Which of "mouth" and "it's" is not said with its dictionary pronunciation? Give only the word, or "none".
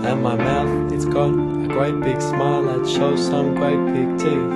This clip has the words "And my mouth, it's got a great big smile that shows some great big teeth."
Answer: none